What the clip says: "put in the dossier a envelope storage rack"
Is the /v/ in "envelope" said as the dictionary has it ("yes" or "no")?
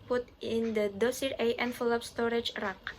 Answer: no